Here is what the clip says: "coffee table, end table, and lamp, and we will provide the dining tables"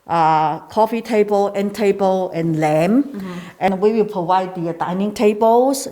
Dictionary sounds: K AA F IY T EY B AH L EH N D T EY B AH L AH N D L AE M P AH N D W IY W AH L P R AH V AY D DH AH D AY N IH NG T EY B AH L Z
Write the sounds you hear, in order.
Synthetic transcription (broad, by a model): K AA F IY T EY B AH L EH N T EY B AH L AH N L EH M AH N W IY W AH L P R AH V AY D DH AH D AY N IH NG T EY B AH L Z